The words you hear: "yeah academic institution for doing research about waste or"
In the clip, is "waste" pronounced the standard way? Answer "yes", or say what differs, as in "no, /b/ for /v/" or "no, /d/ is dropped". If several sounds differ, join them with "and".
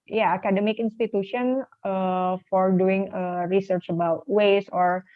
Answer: no, /t/ is dropped